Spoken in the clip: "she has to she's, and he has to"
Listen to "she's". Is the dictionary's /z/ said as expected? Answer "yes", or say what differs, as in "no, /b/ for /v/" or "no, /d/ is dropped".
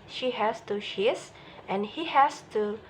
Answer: no, /s/ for /z/